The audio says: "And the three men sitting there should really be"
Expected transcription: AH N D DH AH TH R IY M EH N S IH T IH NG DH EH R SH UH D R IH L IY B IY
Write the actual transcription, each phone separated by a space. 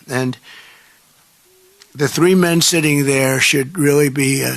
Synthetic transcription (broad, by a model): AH N DH AH TH R IY M EH N S IH T IH NG DH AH R SH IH D R IH L IY B IY